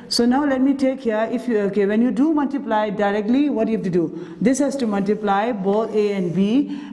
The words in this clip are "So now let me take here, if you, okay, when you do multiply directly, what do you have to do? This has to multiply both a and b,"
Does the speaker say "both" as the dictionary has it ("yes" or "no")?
no